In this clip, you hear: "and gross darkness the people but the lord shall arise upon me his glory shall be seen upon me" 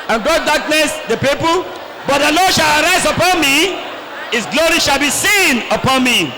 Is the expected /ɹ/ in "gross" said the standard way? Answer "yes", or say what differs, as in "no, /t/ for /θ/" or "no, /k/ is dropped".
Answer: no, /ɹ/ is dropped